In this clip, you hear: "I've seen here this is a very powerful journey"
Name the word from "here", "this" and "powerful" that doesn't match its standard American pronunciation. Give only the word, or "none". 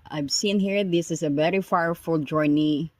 powerful